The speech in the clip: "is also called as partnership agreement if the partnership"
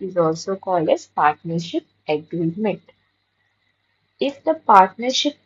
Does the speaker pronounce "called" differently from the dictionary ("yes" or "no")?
no